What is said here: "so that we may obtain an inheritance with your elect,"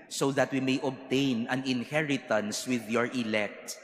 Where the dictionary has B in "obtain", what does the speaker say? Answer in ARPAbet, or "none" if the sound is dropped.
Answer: B